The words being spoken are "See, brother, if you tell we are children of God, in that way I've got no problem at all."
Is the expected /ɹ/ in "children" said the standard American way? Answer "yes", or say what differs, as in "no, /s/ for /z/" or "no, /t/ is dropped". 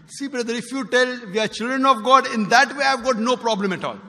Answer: yes